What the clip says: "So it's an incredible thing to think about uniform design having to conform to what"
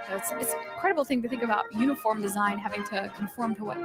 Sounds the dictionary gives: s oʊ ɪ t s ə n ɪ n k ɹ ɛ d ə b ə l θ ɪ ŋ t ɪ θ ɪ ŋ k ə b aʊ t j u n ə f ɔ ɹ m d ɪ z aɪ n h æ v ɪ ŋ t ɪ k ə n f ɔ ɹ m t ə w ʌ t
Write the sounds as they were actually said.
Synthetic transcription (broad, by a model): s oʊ ɪ t s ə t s k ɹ ɛ d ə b l θ ɪ ŋ t ɪ θ ɪ ŋ k ə b aʊ t j u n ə f ɔ ɹ m d ɪ z aɪ n h æ v ɪ ŋ t ɪ k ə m f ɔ ɹ m t ə w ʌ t